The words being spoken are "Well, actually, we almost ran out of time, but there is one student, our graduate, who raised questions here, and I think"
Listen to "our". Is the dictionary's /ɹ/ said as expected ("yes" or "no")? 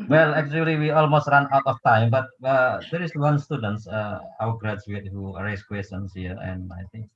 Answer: no